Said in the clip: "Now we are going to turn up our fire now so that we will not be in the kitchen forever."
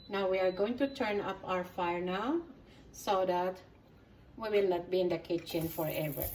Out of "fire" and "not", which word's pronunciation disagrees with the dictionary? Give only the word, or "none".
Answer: none